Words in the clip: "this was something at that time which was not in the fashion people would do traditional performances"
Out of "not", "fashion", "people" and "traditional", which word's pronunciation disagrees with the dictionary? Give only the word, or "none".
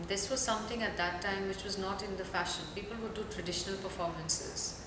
none